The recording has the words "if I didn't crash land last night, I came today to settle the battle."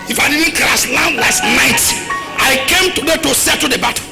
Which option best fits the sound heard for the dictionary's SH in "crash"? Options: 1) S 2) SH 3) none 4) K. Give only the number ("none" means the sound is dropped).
1